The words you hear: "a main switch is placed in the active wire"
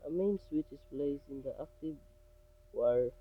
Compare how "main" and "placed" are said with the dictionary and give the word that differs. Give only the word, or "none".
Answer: placed